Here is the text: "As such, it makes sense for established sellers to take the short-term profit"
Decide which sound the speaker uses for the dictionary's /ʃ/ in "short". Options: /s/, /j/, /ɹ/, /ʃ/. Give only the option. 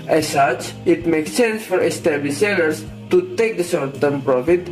/s/